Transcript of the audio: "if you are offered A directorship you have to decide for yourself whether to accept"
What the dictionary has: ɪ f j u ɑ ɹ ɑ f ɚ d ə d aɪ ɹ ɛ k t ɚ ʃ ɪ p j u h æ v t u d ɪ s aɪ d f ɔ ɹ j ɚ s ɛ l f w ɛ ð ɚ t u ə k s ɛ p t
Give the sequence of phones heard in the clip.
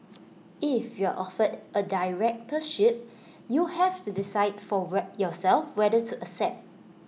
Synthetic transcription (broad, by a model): ɪ f j u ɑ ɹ ɑ f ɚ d ə d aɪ ɹ ɛ k t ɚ ʃ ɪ p j u h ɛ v t u d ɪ s aɪ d f ɔ w j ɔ s ɛ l f w ɛ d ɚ t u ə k s ɛ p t